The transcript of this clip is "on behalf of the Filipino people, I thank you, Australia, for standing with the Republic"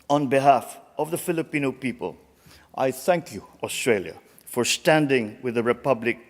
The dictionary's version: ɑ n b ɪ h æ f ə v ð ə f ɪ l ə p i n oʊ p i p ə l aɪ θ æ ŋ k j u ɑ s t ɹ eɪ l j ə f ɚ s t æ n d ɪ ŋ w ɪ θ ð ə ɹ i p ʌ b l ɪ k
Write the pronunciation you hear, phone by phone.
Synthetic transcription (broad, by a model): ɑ n b ɪ h æ f ə v ð ə f ɪ l ə p i n oʊ p i p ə l aɪ θ æ ŋ k j u ɑ s t ɹ eɪ l j ə f ɚ s t æ n d ɪ ŋ w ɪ ð ə ɹ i p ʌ b l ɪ k